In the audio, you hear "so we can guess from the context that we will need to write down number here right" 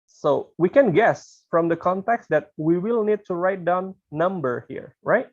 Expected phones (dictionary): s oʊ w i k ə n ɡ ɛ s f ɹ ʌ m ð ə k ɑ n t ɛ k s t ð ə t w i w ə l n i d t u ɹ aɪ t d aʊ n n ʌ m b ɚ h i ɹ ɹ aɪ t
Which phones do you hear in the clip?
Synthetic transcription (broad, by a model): s oʊ w i k ə n ɡ ɛ s f ɹ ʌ m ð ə k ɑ n t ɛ k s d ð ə t w i w ə l n i d t u ɹ aɪ t d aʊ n n ʌ m b ɚ h i ɹ ɹ aɪ t